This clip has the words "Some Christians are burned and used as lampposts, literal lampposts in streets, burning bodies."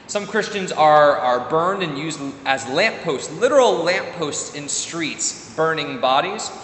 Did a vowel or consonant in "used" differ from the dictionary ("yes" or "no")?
no